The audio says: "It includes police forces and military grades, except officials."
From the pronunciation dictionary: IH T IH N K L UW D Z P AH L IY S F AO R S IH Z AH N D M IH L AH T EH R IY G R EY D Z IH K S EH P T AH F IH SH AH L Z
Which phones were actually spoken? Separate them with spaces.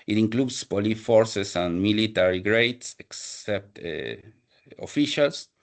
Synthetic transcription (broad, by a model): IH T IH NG K L UW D S P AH L IY F AO R S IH S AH N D M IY L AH T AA R IY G R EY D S IH K S EH P T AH F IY SH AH L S